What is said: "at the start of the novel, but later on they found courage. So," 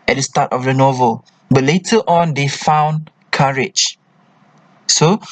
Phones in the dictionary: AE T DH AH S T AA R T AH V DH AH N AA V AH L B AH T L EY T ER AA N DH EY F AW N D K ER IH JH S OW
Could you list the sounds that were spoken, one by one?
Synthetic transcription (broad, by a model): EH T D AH S T AA T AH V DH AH N AA V AH L B AH T L EY T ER AA N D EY F AW N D K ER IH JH S OW